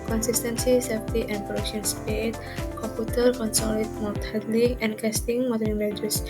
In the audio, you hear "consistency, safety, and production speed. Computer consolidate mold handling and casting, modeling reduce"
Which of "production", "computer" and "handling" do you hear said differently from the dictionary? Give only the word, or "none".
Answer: handling